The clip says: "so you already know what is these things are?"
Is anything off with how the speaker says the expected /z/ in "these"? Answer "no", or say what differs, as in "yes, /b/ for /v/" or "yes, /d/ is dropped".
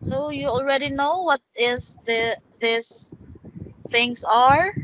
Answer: yes, /s/ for /z/